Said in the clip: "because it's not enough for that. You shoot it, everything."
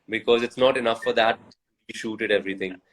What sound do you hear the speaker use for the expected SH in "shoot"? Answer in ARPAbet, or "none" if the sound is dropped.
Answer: SH